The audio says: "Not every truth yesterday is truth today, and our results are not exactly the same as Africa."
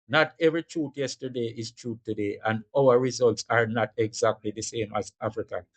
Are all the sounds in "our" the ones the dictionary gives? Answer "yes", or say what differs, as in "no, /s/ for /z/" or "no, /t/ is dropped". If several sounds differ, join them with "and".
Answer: no, /w/ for /ɹ/